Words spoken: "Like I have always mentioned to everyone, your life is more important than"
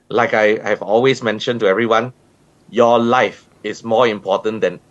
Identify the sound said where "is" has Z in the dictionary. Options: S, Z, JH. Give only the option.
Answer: S